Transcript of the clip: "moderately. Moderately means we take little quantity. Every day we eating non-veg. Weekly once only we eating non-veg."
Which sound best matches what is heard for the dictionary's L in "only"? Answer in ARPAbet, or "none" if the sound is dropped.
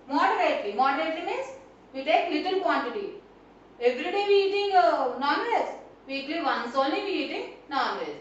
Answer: L